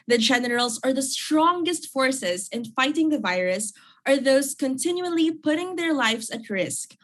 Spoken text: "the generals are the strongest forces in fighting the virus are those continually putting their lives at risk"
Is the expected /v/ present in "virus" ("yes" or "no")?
yes